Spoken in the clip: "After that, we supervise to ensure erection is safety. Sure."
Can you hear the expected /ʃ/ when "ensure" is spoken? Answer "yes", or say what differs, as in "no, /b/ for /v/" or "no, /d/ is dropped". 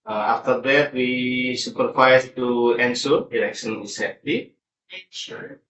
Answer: no, /s/ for /ʃ/